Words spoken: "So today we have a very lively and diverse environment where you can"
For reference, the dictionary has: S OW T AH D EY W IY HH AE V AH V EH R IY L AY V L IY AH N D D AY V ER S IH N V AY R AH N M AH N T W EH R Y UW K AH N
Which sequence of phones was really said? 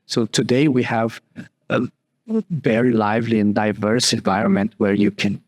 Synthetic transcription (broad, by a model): S OW T AH D EY W IY HH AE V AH V EH R IY L AY V L IY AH N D D AY V ER S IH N V AY R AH N M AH N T W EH R Y UW K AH N